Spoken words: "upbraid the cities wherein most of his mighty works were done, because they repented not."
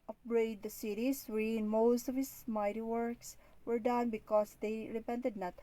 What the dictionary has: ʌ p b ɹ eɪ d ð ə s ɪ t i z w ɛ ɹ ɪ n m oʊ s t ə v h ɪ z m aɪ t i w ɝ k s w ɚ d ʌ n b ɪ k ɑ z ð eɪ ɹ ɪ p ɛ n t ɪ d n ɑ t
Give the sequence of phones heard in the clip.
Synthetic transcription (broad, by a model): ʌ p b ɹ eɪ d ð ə s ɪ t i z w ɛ ɪ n m oʊ s t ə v h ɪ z m aɪ t i w ɝ k s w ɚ d ʌ n b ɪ k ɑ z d eɪ ɹ ɪ p ɛ n t ɪ d n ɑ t